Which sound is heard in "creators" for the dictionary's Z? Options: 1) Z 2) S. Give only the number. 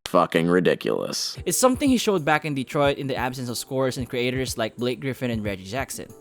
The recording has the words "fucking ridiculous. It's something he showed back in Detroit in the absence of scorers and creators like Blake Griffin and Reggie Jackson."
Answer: 2